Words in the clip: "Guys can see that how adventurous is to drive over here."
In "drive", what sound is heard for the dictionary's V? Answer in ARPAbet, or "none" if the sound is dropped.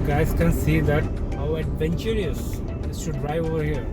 none